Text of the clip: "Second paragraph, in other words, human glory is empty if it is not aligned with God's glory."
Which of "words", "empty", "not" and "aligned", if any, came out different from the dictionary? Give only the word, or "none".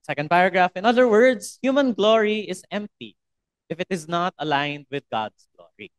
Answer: words